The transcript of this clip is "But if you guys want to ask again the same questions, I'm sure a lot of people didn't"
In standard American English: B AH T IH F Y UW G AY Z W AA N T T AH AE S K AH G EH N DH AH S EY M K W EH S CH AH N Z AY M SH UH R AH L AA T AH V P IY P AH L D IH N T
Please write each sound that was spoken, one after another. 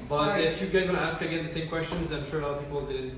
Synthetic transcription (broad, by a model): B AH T IH F Y UW G AY Z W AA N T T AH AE S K AH G EH N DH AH S EY M K W EH S CH AH N Z AY M SH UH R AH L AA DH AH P IY P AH L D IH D